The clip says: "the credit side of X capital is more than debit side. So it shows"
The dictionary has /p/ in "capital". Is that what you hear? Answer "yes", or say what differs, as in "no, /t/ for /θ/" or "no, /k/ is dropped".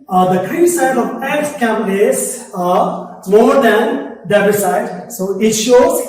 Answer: no, /p/ is dropped